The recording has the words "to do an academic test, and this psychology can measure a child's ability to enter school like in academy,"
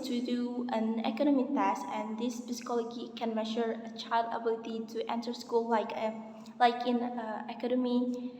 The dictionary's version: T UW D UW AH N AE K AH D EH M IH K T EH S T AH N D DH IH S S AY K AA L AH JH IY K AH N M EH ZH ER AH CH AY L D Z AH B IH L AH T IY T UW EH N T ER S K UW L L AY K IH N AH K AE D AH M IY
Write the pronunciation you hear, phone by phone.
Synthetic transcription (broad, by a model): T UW D UW AH N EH K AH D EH M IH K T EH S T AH N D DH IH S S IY K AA L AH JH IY K AH N M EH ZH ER AH CH AY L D AH B IH L AH T IY T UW EH N T ER S K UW L L AY K IH N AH K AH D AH M IY